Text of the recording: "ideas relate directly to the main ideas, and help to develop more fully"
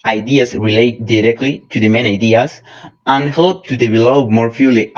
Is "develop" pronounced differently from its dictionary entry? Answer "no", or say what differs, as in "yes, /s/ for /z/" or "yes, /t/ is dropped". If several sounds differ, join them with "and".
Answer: yes, /b/ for /v/